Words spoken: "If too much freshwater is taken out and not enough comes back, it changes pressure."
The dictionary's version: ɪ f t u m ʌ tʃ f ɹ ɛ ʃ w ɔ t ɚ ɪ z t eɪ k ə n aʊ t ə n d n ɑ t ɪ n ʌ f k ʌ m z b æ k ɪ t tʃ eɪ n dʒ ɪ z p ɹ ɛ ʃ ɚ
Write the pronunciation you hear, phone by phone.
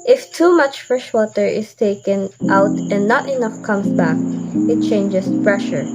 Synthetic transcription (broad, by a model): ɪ f t u m ʌ tʃ f ɹ ɛ ʃ w ɔ t ɚ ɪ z t eɪ k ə n aʊ t ə n d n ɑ t ɪ n ʌ f k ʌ m s b æ k ɪ t tʃ eɪ n dʒ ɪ s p ɹ ɛ ʃ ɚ